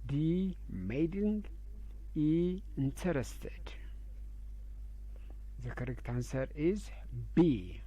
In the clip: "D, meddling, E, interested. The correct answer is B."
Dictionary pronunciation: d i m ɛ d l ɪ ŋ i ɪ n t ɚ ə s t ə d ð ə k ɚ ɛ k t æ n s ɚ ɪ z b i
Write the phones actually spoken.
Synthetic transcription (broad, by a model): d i m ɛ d ɪ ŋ i ɪ n t ɚ ə s t ə d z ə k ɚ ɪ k t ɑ n s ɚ ɪ z b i